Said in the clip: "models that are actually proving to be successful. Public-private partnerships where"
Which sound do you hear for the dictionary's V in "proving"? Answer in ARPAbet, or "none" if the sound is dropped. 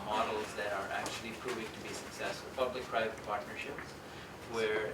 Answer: V